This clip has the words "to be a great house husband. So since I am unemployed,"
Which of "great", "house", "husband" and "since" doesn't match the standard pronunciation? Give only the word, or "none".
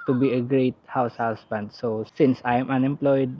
husband